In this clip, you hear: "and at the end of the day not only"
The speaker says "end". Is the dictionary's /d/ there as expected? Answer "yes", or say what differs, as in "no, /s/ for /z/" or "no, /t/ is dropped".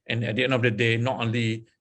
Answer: no, /d/ is dropped